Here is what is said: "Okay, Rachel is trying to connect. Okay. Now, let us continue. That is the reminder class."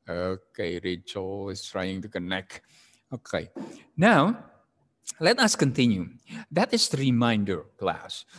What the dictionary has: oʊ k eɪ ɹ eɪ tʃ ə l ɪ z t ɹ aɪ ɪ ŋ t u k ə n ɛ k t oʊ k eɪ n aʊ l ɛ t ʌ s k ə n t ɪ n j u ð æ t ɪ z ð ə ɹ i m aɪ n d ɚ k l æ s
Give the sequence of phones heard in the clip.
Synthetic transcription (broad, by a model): oʊ k eɪ ɹ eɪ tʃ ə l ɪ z t ɹ aɪ ɪ ŋ t u k ə n ɛ k t oʊ k eɪ n aʊ l ɛ t ʌ s k ə n t ɪ n j u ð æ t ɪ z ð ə ɹ i m aɪ n d ɚ k l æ s